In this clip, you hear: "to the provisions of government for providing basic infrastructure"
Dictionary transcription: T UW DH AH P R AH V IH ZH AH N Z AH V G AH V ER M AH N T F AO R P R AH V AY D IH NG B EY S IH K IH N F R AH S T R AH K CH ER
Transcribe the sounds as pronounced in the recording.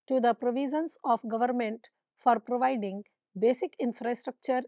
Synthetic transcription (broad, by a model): T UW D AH P R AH V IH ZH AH N S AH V G AH V ER M AH N T F AO R P R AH V AY D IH NG B EY S IH K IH N F R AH S T R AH K CH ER